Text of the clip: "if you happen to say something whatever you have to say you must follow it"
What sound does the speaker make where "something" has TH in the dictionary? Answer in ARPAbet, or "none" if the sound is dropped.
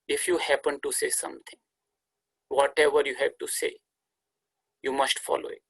T